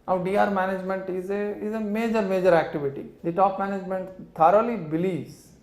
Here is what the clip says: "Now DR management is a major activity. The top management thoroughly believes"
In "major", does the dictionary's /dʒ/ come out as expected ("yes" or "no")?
yes